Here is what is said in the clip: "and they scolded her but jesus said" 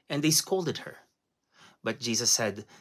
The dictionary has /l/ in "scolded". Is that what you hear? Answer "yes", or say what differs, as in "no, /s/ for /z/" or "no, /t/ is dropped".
yes